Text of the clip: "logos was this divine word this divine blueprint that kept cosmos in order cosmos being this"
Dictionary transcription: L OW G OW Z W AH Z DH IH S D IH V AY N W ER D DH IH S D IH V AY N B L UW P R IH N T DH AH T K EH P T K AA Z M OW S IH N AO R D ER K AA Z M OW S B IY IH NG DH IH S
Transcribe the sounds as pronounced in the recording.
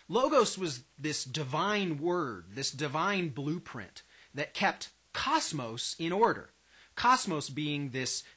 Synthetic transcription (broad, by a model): L OW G OW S W AH Z DH IH S D IH V AY N W ER D DH IH S D IH V AY N B L UW P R IH N DH AH T K EH P T K AA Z M OW S IH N AO R D ER K AA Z M OW S B IY IH NG DH IH S